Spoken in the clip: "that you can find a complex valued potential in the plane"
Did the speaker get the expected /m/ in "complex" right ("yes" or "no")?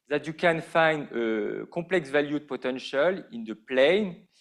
no